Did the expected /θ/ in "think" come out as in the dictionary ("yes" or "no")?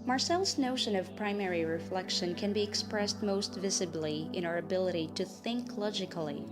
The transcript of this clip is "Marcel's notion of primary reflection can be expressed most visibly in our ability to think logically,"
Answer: yes